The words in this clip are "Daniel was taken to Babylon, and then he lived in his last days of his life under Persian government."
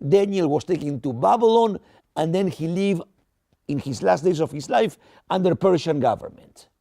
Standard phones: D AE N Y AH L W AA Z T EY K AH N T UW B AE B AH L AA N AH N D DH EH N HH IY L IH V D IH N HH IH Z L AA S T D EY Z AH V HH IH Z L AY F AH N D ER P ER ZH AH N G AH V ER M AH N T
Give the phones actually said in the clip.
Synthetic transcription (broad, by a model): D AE N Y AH L W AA S T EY K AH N T UW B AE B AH L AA N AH N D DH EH N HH IY L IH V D IH N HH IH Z L AA S T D EY S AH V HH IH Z L AY F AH N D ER P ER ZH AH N G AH V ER M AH N T